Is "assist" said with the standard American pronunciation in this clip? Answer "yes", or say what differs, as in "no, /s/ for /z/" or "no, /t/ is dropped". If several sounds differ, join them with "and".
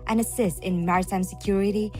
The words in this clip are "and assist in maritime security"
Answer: yes